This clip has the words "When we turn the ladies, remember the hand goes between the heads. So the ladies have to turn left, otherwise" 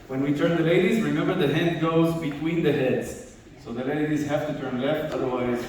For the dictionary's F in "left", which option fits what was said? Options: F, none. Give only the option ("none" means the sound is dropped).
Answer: F